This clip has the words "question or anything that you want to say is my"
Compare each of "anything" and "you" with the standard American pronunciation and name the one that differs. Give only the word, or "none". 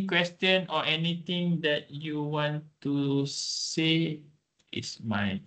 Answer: anything